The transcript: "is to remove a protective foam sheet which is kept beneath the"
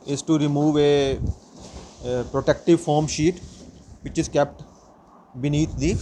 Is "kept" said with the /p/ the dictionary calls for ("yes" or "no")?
yes